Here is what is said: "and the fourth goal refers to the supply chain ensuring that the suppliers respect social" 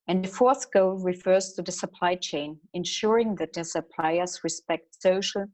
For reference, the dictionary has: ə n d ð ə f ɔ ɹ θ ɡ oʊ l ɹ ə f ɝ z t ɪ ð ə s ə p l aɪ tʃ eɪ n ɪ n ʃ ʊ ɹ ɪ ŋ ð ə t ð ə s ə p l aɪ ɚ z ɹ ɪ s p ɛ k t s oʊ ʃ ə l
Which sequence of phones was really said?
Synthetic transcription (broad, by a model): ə n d ð ə f ɔ ɹ θ ɡ oʊ l ɹ ə f ɝ z t ɪ ð ə s ə p l aɪ tʃ eɪ n ɪ n ʃ ʊ ɹ ɪ ŋ ð ə t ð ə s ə p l aɪ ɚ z ɹ ɪ s p ɛ k t s oʊ ʃ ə l